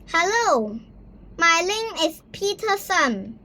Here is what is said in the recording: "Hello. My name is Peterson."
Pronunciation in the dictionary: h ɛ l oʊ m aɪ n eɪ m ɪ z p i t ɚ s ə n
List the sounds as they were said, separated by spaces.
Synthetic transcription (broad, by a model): h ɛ l oʊ m aɪ l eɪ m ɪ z p i t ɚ s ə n